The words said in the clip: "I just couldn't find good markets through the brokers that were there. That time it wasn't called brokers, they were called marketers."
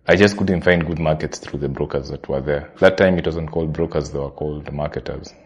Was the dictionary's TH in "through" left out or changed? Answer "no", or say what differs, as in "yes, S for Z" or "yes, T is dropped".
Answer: no